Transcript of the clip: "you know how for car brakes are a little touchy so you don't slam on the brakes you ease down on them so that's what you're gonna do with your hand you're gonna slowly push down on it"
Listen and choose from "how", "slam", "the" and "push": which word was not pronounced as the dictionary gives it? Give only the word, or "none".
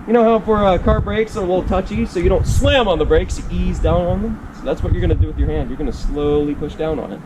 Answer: none